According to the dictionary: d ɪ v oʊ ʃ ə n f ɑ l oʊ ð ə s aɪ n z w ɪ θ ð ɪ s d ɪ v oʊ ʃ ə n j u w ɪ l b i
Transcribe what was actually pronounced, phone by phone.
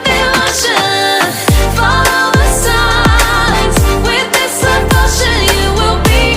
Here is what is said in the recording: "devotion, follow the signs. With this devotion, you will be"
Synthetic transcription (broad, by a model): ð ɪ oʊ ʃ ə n f ɑ l oʊ ð ə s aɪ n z w ɪ ð ɪ s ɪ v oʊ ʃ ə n j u w ɪ l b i